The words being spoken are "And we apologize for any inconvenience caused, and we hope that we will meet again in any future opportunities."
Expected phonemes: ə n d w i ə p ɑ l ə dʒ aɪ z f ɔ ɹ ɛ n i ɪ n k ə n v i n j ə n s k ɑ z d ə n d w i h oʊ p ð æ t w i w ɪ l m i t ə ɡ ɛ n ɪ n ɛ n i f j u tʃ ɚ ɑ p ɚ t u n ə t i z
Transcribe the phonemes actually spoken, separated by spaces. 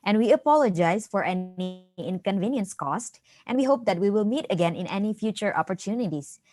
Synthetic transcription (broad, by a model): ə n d w i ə p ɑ l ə dʒ aɪ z f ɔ ɹ ɛ n i ɪ n k ə n v i n j ə n s k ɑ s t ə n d w i h oʊ p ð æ t w i w ɪ l m i t ə ɡ ɛ n ɪ n ɛ n i f j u tʃ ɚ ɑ p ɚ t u n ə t i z